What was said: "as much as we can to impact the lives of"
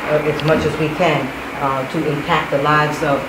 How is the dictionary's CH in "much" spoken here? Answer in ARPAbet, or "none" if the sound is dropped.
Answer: CH